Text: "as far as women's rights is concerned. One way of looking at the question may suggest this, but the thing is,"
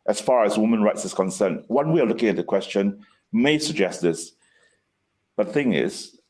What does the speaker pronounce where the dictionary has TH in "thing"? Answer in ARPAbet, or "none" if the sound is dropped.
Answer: TH